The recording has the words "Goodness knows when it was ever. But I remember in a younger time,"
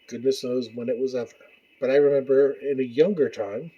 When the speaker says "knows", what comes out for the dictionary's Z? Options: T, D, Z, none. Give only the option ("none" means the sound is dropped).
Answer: Z